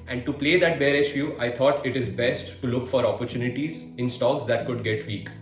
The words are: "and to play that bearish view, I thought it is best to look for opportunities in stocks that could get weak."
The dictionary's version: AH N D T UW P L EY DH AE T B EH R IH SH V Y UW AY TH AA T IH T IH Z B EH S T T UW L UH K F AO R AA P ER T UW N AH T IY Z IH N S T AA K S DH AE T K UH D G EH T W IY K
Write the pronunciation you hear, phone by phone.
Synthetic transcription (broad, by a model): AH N D T UW P L EY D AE T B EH R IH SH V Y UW AY T AA T IH T IH Z B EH S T T UW L UH K F AO R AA P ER T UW N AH T IY Z IH N S T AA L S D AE T K UH D G EH T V IY K